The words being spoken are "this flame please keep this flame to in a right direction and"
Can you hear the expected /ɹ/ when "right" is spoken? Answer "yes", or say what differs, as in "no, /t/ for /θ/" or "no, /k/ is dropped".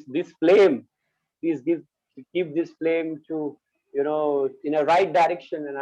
yes